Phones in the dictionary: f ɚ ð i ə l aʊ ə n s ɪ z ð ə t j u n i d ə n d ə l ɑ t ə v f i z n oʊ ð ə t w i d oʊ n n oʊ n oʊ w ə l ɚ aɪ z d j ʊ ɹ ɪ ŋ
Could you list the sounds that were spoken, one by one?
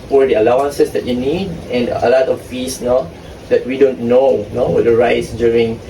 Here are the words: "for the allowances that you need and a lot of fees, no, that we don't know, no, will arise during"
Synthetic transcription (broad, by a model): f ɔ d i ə l aʊ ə n s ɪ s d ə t j u n i d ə n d ə l ɑ t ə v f i s n oʊ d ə t w i d oʊ n n oʊ n oʊ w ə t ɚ aɪ s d j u ɹ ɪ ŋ